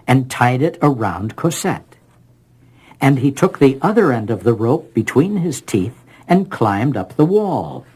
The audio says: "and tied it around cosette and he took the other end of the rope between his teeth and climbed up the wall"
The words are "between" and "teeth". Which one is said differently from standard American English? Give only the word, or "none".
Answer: none